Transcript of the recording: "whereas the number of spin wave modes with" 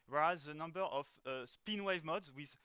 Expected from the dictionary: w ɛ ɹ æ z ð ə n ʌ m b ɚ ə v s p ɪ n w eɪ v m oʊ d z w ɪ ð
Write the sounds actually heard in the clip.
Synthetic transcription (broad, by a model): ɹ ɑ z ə n ʌ m b ɚ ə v s p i n w eɪ v m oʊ d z w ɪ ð